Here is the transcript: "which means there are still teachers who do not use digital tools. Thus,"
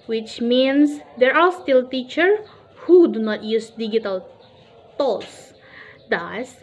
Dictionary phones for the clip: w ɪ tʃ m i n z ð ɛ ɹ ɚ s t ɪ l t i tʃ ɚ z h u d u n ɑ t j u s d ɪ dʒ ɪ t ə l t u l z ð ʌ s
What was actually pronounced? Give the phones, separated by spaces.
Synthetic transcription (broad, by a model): w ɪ tʃ m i n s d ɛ ɹ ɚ s t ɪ l t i tʃ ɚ h u d u n ɑ t j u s d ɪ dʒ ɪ t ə l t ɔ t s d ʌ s